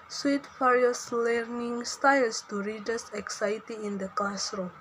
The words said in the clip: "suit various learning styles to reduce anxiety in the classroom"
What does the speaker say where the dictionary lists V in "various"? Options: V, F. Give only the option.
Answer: F